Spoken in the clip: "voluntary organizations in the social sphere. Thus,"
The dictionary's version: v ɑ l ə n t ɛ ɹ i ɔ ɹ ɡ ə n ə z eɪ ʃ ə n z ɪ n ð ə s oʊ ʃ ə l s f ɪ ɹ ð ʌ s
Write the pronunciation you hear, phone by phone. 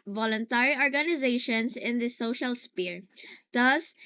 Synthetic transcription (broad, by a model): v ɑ l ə n t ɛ ɹ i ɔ ɹ ɡ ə n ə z eɪ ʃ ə n s ɪ n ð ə s oʊ ʃ ə l s p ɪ ɹ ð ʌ s